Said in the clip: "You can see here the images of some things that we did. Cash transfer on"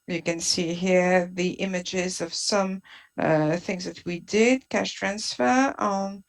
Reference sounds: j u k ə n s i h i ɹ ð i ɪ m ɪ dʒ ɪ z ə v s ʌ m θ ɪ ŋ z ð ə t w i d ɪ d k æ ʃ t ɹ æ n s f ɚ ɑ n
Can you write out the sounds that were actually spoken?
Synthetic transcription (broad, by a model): j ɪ k ə n s i h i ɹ ð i ɪ m ɪ dʒ ɪ z ə v s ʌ m θ ɪ ŋ z ð ə t w i d ɪ d k æ ʃ t ɹ æ n s f ɚ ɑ n